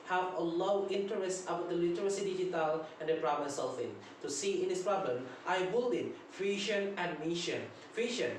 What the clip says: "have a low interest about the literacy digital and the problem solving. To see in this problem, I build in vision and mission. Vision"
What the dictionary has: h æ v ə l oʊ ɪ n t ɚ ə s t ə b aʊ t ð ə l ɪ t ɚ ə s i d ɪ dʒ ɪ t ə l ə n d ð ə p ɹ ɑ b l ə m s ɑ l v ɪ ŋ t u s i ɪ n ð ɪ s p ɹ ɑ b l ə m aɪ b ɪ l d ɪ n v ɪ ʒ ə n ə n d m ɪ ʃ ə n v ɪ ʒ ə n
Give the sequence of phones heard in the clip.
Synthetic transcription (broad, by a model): h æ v ə l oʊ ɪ n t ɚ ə s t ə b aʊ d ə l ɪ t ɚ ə s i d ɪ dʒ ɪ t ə l ə n d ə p ɹ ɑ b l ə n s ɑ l f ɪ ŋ t u s i ɪ n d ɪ s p ɹ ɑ b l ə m aɪ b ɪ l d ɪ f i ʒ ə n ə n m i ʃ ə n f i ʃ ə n